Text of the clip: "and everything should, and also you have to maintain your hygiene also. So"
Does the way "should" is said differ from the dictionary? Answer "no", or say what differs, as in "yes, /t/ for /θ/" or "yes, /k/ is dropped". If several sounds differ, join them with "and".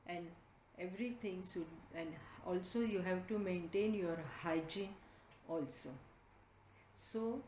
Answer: yes, /s/ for /ʃ/